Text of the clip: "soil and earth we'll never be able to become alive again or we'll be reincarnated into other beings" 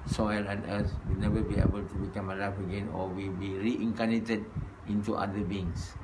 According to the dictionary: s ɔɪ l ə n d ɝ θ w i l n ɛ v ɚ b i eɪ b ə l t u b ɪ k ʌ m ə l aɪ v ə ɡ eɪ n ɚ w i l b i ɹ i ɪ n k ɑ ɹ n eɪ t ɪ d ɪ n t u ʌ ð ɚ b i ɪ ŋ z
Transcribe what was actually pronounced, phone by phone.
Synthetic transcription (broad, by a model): s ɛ l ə n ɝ s w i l n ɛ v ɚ b i eɪ b ə l t u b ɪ k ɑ m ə l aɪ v ə ɡ eɪ n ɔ w i l b i ɹ i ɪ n k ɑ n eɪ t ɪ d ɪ n t u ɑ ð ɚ b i ŋ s